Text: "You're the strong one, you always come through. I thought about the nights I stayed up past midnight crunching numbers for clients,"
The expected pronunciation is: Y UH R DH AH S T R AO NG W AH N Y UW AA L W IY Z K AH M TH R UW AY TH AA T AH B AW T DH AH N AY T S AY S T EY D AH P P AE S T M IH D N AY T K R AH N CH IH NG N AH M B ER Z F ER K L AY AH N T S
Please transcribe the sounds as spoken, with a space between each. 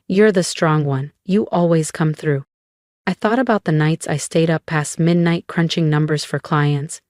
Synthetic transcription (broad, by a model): Y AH R DH AH S T R AO NG W AH N Y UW AA L W IY Z K AH M TH R UW AY TH AA T AH B AW T DH AH N AY T S AY S T EY D AH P P AE S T M IH D N AY T K R AH N CH IH NG N AH M B ER Z F ER K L AY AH N T S